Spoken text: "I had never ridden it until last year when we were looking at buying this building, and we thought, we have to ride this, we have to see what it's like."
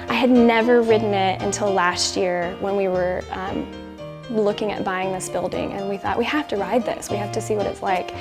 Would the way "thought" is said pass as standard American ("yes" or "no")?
yes